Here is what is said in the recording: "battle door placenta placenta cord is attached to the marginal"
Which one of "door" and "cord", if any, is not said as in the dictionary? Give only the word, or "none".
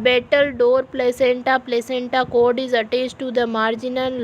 none